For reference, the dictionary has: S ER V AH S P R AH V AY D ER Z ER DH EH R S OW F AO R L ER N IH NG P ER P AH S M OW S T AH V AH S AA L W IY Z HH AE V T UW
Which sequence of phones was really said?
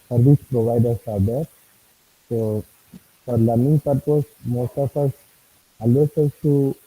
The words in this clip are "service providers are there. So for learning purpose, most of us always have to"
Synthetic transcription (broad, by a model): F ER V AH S P R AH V AY D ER S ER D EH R S OW F AO R L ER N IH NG P ER P AH S M OW S T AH F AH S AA L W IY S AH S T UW